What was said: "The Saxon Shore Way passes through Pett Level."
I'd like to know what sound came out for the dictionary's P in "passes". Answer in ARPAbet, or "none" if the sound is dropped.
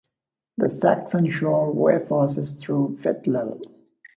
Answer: F